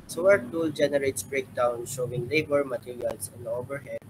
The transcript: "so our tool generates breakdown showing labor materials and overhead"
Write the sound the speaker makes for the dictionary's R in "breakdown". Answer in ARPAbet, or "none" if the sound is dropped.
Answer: R